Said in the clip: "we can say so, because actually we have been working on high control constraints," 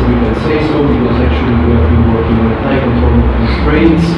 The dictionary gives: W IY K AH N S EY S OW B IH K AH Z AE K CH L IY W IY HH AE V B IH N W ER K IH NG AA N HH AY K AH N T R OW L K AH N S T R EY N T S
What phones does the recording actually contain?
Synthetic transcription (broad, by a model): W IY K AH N S EY S OW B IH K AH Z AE K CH IY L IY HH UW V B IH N W ER K IH NG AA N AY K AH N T OW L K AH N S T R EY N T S